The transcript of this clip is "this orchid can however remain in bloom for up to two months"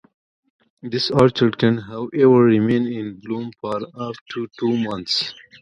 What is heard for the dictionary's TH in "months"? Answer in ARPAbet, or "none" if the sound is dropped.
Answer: T